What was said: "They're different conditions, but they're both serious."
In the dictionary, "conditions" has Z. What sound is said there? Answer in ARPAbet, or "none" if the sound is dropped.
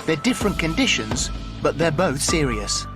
Z